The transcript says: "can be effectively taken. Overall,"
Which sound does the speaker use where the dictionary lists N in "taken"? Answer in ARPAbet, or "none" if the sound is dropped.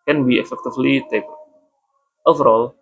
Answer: none